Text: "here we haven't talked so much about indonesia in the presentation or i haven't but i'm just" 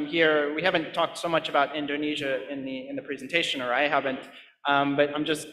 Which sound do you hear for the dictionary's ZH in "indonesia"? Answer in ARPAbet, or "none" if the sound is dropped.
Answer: ZH